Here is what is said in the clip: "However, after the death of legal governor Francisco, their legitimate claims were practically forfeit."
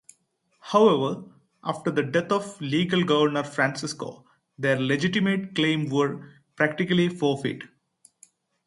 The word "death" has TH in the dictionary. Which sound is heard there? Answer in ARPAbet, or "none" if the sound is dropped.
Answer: T